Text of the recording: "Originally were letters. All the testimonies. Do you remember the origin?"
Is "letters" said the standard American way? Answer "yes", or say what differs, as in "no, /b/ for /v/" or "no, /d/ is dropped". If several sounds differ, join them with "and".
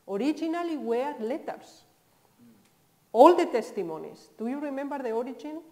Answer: no, /s/ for /z/